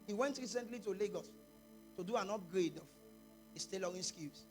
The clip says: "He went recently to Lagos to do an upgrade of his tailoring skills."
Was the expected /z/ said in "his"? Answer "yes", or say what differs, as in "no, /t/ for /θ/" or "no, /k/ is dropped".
no, /s/ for /z/